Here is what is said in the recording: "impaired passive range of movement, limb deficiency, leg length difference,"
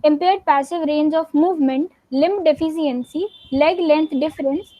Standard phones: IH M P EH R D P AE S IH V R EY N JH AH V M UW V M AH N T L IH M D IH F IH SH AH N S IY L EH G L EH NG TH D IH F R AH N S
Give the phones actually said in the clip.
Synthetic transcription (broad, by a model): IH M P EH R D P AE S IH V R EY N JH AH F M UW V M AH N T L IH M D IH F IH S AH N S IY L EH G L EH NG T D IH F R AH N S